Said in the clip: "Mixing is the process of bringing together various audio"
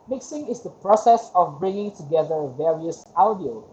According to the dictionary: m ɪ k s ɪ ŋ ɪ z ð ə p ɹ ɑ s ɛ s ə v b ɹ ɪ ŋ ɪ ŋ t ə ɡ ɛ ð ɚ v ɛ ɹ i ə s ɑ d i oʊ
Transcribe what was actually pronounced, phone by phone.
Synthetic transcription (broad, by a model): m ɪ k s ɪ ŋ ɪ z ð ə p ɹ ɑ s ɛ s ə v b ɹ ɪ ŋ ɪ ŋ t ə ɡ ɛ ð ɚ v ɛ ɹ i ə s ɑ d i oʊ